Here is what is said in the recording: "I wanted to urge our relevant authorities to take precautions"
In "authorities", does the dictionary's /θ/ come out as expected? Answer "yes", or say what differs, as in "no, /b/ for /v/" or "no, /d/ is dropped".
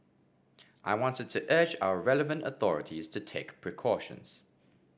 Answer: yes